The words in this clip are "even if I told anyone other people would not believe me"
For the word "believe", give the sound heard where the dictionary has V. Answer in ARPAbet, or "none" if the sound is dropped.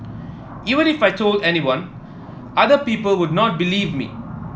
V